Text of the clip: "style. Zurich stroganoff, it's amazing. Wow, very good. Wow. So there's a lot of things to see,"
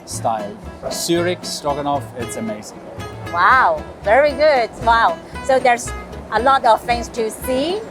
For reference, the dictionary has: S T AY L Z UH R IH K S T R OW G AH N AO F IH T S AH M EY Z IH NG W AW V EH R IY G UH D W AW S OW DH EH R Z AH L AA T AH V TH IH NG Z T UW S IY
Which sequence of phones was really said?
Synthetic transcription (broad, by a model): S T AY L S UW R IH K S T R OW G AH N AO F IH T S AH M EY Z IH NG W AW V EH R IY G UH D W AW S OW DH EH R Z AH L AA T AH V F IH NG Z T UW S IY